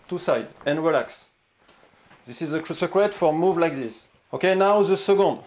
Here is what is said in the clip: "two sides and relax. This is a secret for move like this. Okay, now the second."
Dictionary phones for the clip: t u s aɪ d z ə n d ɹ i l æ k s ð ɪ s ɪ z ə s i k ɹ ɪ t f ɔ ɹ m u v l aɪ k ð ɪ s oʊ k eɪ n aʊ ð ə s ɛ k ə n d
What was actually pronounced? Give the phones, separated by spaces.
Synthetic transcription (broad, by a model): t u s aɪ d ə n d ɹ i l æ k s ð ɪ s ɪ z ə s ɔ k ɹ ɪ t f ɔ ɹ m u v l aɪ k ð ɪ s oʊ k eɪ n aʊ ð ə s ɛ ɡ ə n d